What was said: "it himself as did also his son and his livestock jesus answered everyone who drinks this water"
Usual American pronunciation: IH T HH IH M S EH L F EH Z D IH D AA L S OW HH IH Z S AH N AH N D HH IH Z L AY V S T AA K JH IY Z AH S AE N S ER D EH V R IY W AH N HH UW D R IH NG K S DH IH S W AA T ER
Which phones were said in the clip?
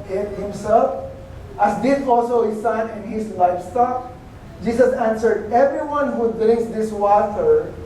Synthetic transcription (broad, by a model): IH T HH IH M S EH L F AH S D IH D AA L S OW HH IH S AH N AH N D HH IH S L AY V S T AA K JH IY S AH S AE N S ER D EH V R IY W AH N HH UW D R IH NG K S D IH S W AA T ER